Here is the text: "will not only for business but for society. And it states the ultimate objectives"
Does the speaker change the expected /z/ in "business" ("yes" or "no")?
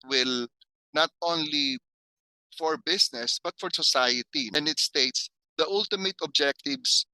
yes